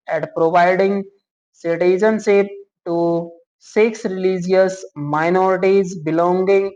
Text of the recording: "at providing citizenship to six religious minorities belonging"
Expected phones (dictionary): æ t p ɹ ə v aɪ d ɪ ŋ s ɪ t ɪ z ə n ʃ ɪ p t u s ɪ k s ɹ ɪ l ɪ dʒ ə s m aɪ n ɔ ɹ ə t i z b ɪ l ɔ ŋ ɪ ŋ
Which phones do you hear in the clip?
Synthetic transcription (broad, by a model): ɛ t p ɹ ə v aɪ d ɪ ŋ s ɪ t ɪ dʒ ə n s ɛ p t u s ɪ k s ɹ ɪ l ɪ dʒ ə s m aɪ n ɔ ɹ ə t i z b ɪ l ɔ ŋ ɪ ŋ